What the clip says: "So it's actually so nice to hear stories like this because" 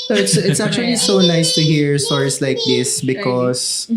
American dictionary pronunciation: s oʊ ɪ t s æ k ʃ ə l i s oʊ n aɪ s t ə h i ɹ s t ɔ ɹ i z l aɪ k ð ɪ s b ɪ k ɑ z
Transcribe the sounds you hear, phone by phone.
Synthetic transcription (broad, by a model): s ɪ t s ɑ k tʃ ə l i s oʊ n aɪ s t ə h i ɹ s t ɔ ɹ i s l aɪ k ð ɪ s b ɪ k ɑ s